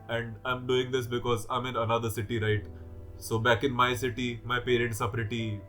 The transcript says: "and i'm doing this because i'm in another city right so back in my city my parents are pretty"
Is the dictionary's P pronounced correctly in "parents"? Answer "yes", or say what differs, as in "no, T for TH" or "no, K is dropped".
yes